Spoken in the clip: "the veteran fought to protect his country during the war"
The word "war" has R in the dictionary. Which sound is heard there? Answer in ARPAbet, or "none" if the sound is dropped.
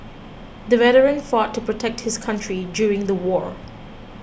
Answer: R